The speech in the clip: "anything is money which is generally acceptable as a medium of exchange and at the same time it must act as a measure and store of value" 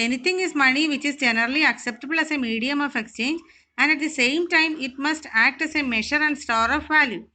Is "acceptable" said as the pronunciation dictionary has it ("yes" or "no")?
yes